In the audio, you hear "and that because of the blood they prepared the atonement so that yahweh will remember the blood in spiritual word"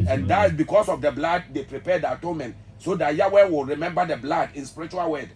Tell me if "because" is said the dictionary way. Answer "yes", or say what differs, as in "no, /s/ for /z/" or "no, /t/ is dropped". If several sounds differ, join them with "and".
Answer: no, /s/ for /z/